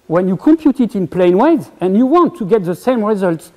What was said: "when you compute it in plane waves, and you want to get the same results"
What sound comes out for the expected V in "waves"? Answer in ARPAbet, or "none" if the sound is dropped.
none